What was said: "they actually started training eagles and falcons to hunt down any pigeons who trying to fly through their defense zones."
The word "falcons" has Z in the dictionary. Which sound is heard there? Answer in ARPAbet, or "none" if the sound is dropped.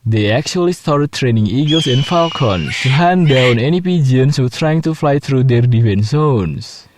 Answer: S